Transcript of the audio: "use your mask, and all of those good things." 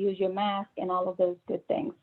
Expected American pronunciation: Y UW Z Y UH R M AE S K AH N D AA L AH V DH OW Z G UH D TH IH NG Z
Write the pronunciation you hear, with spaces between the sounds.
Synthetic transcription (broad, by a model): Y UW Z Y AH R M AE S K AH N AA L AH V DH OW Z G UH D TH IH NG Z